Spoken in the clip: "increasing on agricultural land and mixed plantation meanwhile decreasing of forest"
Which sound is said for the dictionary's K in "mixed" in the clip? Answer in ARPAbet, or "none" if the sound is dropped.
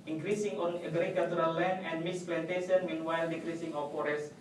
none